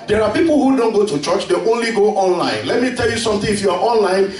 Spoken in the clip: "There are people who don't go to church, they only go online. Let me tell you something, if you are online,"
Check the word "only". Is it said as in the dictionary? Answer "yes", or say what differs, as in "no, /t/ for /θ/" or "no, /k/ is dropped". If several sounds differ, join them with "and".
yes